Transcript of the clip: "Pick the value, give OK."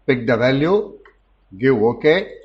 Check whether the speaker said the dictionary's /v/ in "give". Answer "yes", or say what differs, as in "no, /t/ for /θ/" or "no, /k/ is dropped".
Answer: no, /v/ is dropped